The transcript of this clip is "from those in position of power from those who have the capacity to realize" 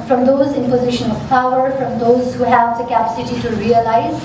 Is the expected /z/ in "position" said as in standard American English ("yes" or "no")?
yes